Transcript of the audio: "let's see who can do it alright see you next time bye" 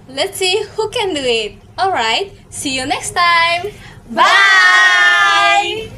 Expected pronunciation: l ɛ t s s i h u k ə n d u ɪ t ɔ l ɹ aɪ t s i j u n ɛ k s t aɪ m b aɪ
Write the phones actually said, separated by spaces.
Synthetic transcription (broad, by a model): l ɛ t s s i h u k ə n d u ɪ t ɔ l ɹ aɪ t s i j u n ɛ k s t aɪ m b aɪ